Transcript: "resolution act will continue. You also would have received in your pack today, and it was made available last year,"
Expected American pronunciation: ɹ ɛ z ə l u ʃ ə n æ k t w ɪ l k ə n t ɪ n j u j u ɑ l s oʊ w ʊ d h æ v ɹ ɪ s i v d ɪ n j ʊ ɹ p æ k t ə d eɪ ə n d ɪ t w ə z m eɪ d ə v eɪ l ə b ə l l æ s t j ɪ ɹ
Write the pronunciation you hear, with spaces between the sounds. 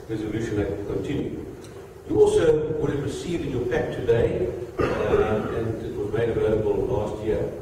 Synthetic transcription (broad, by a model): ɹ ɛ z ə l u ʃ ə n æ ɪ k ə n t ɪ n j u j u ɑ l s oʊ w ʊ d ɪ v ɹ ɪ s i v ɪ n j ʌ ɹ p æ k t ə d eɪ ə n ɪ t w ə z m eɪ d ə v eɪ l ə b ə l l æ s t j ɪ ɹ